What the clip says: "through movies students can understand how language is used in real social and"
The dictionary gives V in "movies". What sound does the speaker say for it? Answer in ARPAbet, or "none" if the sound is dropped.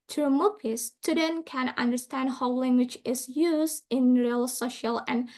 P